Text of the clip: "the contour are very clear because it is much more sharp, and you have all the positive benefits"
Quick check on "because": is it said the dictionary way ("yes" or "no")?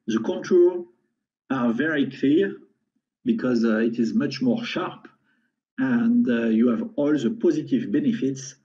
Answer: yes